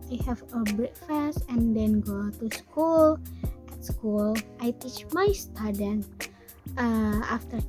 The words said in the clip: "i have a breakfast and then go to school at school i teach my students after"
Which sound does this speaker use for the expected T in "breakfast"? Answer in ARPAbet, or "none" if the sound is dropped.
none